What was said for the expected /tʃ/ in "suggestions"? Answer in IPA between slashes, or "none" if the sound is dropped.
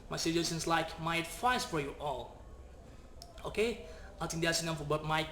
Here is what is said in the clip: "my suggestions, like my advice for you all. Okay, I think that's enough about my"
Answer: none